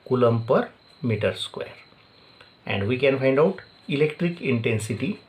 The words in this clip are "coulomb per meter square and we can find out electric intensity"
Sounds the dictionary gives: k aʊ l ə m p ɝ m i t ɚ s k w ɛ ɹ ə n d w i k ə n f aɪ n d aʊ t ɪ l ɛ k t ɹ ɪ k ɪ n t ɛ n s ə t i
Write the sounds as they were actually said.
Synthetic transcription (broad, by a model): k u l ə m p ɝ m i t ɚ s k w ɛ ɹ ə n d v i k ə n f aɪ n d aʊ t ɪ l ɛ k t ɹ ɪ k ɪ n t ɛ n s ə t i